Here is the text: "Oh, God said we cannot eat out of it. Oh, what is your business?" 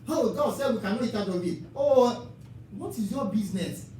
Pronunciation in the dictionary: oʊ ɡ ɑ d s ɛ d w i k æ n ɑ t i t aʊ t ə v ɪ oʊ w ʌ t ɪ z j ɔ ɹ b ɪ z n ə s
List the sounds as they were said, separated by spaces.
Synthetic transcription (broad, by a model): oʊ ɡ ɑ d s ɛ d w i k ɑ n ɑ i t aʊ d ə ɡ ɪ oʊ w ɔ t ɪ z j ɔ b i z n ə s